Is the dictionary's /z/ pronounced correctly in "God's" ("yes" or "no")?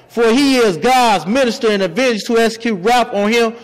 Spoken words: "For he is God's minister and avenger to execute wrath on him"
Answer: yes